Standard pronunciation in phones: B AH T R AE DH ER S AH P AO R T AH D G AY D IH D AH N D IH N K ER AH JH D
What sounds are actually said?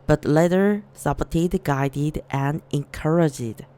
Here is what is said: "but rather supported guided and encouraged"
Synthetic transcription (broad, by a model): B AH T L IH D ER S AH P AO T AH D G AY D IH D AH N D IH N K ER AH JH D